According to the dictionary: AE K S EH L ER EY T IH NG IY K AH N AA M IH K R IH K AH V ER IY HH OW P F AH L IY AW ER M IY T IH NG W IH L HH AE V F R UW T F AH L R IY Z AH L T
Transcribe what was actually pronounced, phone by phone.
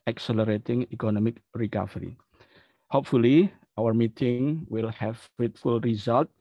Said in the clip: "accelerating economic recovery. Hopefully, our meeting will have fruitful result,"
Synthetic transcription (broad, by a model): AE K S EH L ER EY T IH NG IY K AH N AA M IH K R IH K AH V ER IY HH OW P F AH L IY AW ER M IY T IH NG W IH L HH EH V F EH T F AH L R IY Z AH L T